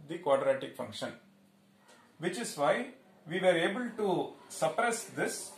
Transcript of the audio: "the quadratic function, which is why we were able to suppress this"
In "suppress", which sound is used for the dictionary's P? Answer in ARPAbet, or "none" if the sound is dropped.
P